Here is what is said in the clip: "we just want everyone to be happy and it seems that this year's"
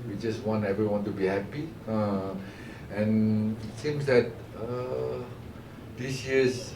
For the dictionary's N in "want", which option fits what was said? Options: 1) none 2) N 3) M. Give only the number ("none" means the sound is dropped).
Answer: 2